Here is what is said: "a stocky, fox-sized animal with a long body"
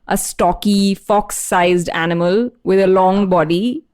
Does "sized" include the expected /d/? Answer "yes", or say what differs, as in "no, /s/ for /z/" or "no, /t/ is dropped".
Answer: yes